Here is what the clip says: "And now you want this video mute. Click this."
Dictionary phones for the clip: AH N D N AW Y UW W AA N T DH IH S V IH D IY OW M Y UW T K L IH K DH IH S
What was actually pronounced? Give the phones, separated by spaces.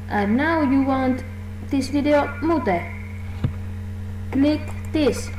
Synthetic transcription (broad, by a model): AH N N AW Y UW W AA N T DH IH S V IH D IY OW M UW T K L IH K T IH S